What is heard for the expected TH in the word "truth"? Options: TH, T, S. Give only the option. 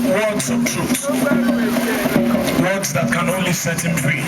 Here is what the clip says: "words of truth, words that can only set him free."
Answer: S